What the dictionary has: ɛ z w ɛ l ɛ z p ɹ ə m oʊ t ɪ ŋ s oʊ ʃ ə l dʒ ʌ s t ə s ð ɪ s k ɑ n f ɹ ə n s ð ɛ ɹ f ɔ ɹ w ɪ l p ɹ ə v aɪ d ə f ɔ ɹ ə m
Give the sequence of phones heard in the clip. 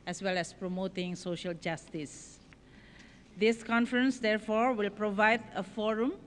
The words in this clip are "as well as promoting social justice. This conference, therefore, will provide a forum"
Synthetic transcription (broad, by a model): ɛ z w ɛ l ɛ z p ɹ ə m oʊ t ɪ ŋ s oʊ ʃ ə l dʒ ʌ s t ə s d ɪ s k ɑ n f ɹ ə n s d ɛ ɹ f ɔ ɹ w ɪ l p ɹ ə v aɪ d ə f ɔ ɹ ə m